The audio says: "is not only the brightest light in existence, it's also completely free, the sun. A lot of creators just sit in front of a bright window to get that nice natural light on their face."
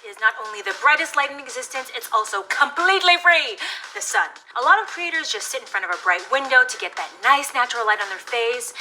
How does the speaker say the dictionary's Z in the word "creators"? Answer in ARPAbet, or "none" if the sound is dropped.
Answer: Z